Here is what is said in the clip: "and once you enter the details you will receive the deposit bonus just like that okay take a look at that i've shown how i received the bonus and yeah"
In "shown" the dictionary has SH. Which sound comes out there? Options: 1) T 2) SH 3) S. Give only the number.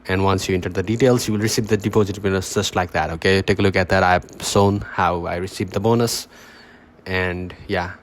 3